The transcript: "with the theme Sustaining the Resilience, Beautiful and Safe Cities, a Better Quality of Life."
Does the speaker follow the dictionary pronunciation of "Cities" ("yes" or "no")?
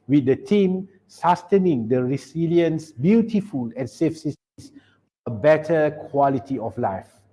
no